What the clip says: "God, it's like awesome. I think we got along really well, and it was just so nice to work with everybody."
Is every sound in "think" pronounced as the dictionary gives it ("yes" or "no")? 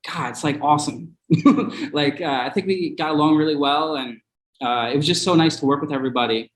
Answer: yes